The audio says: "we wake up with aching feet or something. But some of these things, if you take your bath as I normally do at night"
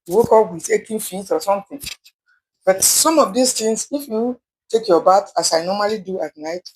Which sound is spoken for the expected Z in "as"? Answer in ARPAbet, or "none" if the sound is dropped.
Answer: S